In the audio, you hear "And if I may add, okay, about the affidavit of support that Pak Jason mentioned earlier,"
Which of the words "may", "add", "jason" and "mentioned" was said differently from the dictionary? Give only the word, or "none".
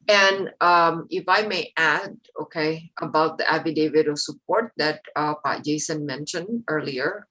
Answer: none